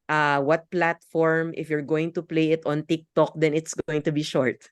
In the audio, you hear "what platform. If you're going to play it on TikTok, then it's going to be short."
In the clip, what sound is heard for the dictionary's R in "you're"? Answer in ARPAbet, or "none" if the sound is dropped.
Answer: R